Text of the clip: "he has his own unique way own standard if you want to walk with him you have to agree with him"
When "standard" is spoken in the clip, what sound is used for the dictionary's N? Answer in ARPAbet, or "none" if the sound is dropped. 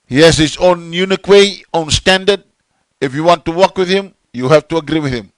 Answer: N